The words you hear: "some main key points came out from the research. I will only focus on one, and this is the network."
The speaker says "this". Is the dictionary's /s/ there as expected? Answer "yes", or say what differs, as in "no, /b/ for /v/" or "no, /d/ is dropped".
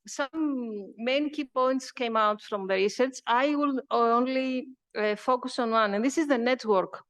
yes